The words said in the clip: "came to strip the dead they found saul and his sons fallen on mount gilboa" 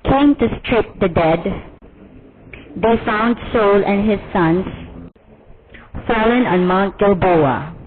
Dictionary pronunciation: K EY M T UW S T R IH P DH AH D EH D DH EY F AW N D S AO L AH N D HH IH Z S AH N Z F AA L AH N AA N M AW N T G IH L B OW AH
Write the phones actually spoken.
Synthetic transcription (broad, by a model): K EY M T UW S T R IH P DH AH D EH D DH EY F AW N D S AO L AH N HH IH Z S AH N S F AA L AH N AA N M AW N T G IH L B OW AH